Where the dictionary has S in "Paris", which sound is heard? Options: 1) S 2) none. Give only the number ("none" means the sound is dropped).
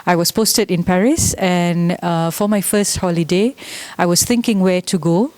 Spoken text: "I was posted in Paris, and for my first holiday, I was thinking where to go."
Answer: 1